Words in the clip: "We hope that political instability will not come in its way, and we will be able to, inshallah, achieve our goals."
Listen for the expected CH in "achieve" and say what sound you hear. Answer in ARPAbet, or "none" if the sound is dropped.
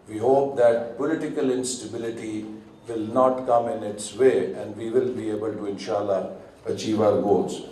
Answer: CH